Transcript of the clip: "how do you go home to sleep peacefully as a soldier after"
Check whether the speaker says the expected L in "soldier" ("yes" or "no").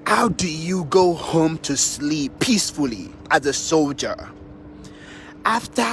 yes